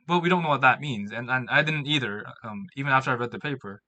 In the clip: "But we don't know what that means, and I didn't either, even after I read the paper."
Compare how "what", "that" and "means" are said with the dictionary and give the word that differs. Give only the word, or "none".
none